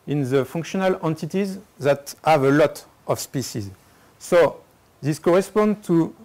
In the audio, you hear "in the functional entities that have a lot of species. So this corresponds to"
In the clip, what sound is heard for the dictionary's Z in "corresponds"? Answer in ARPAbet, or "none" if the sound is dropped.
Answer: none